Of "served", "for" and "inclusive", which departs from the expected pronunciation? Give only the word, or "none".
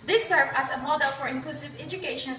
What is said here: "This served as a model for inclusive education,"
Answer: served